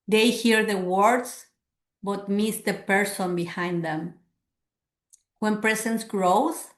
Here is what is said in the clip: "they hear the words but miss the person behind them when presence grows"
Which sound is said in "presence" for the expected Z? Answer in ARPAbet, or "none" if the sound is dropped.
S